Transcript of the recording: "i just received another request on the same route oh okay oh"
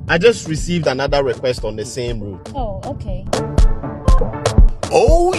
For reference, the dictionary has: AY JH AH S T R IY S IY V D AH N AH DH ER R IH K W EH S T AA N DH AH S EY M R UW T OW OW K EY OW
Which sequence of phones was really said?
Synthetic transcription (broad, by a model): AY JH AH S T R IY S IY V D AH N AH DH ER R IH K W EH S T AA N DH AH S EY M R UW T OW OW K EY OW